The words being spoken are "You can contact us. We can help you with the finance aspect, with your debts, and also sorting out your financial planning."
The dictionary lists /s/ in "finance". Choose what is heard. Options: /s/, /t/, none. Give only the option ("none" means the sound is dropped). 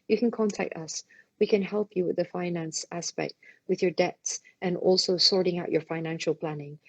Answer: /s/